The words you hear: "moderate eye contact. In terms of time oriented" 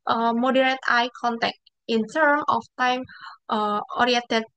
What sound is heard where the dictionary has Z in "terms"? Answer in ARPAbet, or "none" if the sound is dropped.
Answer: none